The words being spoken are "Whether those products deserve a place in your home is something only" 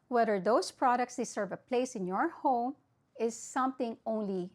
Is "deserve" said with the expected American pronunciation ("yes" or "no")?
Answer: no